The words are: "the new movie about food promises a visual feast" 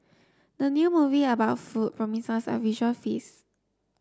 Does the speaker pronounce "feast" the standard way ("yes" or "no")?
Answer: no